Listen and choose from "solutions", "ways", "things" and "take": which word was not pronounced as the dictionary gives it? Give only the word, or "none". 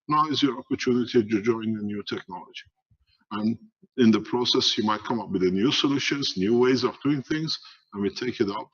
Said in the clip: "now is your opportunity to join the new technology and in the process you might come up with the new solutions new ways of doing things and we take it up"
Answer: none